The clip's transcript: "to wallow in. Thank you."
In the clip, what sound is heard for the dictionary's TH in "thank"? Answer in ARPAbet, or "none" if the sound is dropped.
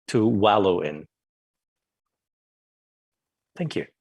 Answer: TH